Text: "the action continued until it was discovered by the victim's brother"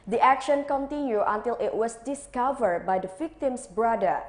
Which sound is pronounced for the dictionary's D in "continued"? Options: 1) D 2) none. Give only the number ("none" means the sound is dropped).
2